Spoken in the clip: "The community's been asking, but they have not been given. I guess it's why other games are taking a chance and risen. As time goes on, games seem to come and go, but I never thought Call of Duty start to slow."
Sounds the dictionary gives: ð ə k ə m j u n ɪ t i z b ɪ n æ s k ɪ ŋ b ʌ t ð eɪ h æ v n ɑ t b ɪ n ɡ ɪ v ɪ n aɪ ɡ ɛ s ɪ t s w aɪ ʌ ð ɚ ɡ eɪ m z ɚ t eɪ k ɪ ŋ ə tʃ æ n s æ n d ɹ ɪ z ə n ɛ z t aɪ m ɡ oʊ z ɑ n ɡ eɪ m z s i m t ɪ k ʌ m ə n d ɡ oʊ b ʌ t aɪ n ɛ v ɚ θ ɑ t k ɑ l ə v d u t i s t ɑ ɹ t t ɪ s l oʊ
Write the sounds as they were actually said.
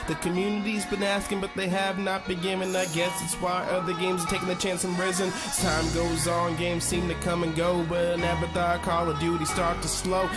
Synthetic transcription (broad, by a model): ð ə k ə m j u n ɪ t i z b ɪ n æ s k ɪ ŋ b ʌ t ð eɪ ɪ v n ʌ t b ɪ ɡ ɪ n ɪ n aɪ ɡ ɛ s ɪ t s w aɪ ʌ ð ɚ ɡ eɪ m z ɚ t eɪ k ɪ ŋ ə tʃ æ n s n ɹ ɪ z ə n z t aɪ m ɡ oʊ z n ɡ eɪ m z s i m t ɪ k ʌ m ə n ɡ oʊ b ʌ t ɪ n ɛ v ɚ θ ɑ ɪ k ɑ l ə d u t i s t ɑ ɹ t t ɪ s l oʊ